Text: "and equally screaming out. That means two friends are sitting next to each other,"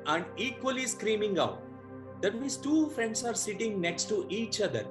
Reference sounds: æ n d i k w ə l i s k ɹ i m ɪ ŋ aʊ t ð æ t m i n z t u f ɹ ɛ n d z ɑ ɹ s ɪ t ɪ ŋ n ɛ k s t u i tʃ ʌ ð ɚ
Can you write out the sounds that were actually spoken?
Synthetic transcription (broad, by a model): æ n d i k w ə l i s k ɹ i m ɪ ŋ aʊ t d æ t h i z t u f ɹ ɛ n d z ɑ ɹ s ɪ t ɪ ŋ n ɛ k s t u i tʃ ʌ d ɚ